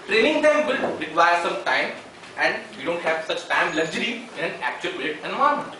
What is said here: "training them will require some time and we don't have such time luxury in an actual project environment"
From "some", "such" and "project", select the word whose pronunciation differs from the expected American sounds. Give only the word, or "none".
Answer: project